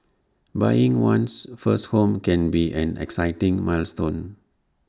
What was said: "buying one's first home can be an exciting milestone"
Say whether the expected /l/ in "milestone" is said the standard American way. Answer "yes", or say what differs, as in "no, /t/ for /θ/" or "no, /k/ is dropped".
yes